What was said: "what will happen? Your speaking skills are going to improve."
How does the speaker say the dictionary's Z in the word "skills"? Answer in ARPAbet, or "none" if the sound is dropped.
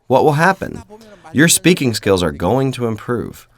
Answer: Z